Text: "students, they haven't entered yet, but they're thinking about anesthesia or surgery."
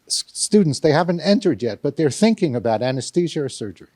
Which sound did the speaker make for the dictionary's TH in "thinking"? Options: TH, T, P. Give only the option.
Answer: TH